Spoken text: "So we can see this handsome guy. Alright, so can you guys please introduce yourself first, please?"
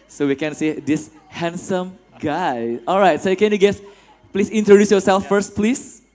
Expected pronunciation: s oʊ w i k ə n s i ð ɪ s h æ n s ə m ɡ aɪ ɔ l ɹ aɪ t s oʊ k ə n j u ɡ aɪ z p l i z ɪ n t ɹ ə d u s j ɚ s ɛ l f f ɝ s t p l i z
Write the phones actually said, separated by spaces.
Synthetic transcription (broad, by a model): s oʊ w i k ə n s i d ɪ s h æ n s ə m ɡ aɪ ɔ l ɹ aɪ t s oʊ k ə n j u ɡ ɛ s p l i s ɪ n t ɹ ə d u s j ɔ s ɛ l f f ɝ s t p l i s